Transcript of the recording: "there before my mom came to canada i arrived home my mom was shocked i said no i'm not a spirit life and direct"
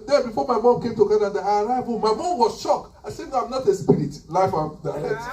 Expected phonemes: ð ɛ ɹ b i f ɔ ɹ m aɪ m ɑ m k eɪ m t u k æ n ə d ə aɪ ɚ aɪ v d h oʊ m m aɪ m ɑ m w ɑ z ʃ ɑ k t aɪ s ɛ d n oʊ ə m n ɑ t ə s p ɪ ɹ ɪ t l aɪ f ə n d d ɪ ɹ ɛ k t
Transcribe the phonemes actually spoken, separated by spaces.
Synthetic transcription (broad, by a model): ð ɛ b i f ɔ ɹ m aɪ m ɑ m k eɪ m t u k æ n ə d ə aɪ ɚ aɪ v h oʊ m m aɪ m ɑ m w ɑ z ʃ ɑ k aɪ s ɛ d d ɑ ə m n ɑ t ə s p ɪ ɹ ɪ t l aɪ f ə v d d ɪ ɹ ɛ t